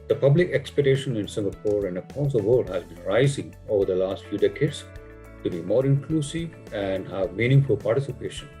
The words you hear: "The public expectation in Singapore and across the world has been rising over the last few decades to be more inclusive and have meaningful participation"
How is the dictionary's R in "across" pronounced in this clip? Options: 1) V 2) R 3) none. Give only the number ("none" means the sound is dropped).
3